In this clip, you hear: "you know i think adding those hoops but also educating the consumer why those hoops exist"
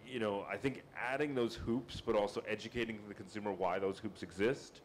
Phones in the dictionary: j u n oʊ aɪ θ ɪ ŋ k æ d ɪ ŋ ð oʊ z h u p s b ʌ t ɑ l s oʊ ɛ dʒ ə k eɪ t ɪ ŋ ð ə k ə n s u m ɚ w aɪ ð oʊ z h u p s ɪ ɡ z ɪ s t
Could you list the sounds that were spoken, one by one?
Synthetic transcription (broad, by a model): j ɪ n oʊ aɪ θ ɪ ŋ k æ d ɪ ŋ ð oʊ z h u p s b ʌ t ɑ l s oʊ ɛ dʒ ə k eɪ t ɪ ŋ ð ə k n s u m ɚ w aɪ ð oʊ z h u p s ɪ ɡ z ɪ s t